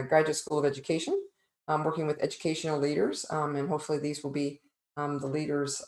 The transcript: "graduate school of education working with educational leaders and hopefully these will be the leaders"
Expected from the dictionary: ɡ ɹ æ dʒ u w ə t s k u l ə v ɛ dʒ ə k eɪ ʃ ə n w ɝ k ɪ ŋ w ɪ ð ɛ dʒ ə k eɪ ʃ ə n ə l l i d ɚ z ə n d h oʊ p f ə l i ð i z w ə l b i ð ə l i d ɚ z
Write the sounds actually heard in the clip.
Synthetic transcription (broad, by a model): ɡ ɹ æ dʒ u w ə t s k u l ə v ɛ dʒ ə k eɪ ʃ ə n w ɝ k ɪ ŋ w ɪ ð ɛ dʒ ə k eɪ ʃ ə n l l i d ɚ z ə n h oʊ p f l i ð i z w ə l b i ð ə l i d ɚ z